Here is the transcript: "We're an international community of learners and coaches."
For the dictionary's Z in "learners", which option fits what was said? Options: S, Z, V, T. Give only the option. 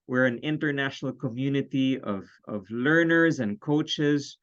Z